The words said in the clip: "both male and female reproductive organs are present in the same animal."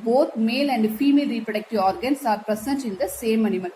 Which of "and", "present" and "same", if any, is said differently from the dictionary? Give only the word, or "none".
present